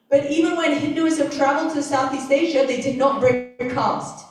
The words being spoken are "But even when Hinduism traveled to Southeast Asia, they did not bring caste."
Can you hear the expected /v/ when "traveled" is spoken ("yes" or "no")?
yes